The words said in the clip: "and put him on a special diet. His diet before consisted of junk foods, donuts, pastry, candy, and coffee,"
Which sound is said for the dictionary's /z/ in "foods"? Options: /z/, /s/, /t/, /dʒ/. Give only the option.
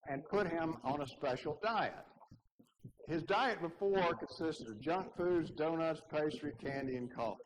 /z/